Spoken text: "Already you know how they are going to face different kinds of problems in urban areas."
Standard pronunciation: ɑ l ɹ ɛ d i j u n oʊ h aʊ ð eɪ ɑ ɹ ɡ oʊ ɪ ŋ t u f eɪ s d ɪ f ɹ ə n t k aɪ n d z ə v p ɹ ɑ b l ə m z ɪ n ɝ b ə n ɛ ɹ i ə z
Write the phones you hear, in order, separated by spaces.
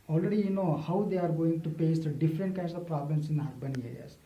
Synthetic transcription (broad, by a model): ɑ l ɹ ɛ d i j u n oʊ h aʊ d eɪ ɑ ɹ ɡ oʊ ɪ ŋ t u p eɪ s d ɪ f ɹ ə n t k aɪ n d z ə v p ɹ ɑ b l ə m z ɪ n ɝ b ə n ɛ ɹ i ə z